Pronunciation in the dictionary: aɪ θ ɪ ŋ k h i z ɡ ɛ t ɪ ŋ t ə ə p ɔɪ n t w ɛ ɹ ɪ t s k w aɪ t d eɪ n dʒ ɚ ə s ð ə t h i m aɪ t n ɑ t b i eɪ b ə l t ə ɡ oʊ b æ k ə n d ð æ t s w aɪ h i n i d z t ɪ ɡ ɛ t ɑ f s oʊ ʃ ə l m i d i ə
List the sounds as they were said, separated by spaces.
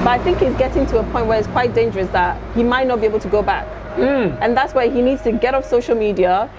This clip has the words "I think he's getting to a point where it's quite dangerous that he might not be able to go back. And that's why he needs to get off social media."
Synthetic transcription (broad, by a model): aɪ θ ɪ ŋ k h i z ɡ ɛ t ɪ ŋ t ə ə p ɔɪ n t w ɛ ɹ ɪ t s k w aɪ t d eɪ n dʒ ɚ ə s ð ə t h i m aɪ t n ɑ t b i eɪ b ə l t ə ɡ oʊ b æ k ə n ð æ t s w aɪ h i n i d z t ɪ ɡ ɛ t ɑ f s oʊ ʃ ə l m i d i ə